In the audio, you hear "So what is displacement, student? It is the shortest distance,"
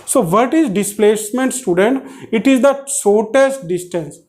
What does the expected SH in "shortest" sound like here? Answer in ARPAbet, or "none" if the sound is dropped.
S